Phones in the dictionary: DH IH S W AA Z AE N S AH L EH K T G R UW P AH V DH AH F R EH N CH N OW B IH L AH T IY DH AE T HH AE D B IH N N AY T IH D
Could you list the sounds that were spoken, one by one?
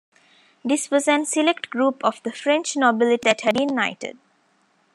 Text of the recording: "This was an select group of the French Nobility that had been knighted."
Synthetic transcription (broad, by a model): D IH S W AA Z AE N S AH L EH K T G R UW P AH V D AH F R EH N CH N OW B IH L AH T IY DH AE T HH AE D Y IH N N AY T IH D